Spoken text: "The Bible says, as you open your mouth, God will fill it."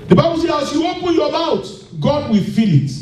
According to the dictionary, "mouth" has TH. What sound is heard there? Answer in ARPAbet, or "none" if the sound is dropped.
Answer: T